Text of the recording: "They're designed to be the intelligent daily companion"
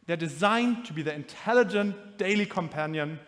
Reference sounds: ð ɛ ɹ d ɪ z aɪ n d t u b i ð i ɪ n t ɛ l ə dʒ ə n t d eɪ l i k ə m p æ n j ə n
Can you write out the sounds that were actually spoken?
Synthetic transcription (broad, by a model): ð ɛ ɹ d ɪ z aɪ n t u b i ð i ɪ n t ɛ l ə dʒ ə n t d eɪ l i k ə m p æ n j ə n